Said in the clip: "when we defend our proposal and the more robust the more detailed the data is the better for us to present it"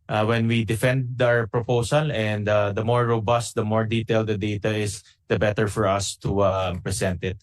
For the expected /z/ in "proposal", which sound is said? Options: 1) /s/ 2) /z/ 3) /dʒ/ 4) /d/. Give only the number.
1